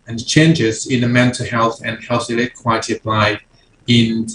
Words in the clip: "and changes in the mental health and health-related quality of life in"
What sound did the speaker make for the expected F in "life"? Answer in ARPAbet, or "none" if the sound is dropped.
none